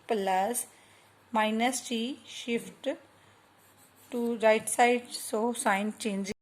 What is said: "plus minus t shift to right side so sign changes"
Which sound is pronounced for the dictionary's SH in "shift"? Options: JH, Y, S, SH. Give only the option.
SH